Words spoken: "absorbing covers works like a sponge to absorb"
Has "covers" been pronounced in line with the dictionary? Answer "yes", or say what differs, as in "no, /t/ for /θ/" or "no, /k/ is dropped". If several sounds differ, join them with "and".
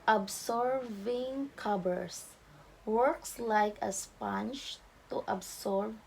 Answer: no, /b/ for /v/ and /s/ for /z/